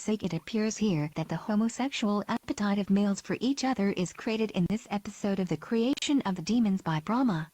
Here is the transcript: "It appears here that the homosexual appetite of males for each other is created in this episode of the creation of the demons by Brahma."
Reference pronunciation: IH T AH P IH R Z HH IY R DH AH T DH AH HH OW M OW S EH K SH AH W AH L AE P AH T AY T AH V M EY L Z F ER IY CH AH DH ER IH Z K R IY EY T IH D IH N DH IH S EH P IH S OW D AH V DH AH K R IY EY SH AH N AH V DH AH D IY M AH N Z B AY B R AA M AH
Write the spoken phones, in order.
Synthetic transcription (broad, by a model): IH T AH P IH R Z HH IY R DH AH T DH AH HH OW M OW S EH K SH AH L AE P AH T AY T AH V M EY L Z F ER IY CH AH DH ER IH Z K R IY EY T IH D IH N DH IH S EH P IH S OW D AH V DH AH K R IY EY SH AH N AH V DH AH D IY M AH N Z B AY B R AA M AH